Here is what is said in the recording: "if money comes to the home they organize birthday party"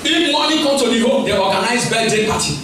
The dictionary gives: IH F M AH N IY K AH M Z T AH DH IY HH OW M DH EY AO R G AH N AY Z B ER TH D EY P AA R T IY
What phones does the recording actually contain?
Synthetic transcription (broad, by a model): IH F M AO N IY K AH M T AH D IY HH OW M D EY AO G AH N AY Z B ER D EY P AA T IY